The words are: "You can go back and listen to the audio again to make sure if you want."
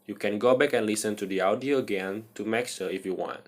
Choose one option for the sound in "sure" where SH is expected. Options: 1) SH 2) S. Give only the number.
2